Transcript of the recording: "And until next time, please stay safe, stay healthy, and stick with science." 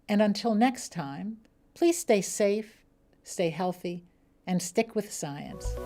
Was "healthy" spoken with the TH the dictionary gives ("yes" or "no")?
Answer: yes